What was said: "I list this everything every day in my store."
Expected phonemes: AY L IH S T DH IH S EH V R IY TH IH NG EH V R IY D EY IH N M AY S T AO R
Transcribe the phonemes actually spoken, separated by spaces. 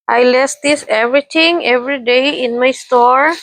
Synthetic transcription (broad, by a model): AY L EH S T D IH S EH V R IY T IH NG EH V R IY D EY IH N M AY S T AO R